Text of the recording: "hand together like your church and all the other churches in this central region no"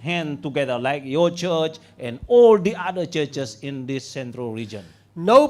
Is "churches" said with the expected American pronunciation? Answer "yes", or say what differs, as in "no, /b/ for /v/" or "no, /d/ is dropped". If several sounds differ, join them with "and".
no, /s/ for /z/